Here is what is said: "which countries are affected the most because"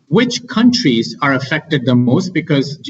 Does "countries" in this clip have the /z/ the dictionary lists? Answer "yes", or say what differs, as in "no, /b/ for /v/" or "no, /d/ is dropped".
yes